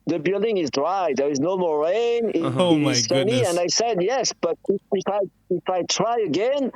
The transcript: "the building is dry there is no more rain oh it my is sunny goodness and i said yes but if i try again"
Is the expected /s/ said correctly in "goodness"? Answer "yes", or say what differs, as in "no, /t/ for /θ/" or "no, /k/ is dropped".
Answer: no, /s/ is dropped